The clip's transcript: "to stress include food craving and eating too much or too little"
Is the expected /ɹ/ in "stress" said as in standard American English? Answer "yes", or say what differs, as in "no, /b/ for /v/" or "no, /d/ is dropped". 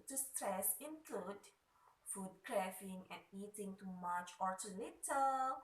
yes